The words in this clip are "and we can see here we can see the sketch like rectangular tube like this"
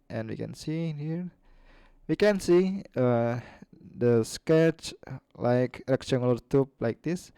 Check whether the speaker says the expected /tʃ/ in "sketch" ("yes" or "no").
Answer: yes